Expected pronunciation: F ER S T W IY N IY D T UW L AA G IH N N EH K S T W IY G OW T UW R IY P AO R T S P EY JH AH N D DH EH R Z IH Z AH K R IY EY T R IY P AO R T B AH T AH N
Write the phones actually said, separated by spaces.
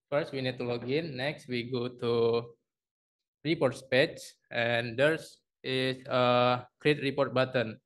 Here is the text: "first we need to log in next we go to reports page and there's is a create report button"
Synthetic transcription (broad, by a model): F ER S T W IY N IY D T UW L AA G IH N N EH K S T W IY G OW T UW R IY P AO R T S P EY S AH N D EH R S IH S AH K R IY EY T R IY P AO R T B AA T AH N